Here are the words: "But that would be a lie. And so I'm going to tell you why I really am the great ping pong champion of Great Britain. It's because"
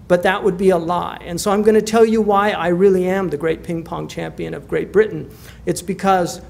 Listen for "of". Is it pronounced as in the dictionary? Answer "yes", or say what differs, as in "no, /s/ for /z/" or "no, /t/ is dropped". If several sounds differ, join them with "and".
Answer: yes